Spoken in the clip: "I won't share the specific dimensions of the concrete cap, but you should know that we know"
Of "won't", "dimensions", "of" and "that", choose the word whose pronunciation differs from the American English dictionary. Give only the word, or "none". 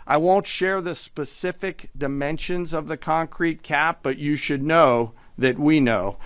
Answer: none